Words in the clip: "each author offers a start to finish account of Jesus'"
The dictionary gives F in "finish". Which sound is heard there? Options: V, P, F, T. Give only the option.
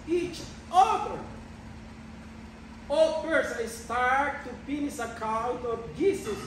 P